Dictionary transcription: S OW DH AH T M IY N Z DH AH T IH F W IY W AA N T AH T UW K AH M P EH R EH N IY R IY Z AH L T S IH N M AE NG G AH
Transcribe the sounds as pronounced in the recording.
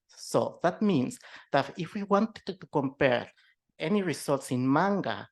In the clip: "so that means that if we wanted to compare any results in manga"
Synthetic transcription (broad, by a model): S OW DH AH T M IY N S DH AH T IH F W IY W AA N T AH T UW K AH M P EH R EH N IY R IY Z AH L T S IH N M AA NG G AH